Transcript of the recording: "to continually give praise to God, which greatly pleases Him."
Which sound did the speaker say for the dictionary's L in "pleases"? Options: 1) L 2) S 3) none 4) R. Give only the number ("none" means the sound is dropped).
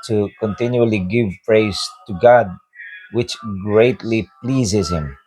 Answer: 1